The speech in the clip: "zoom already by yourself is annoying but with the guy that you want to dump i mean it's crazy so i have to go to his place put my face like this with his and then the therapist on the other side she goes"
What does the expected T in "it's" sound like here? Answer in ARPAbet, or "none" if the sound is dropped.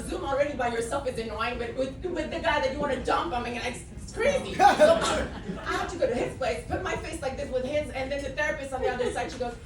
S